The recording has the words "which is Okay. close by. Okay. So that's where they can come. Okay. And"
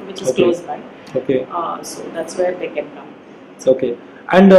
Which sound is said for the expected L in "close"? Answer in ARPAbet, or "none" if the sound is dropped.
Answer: none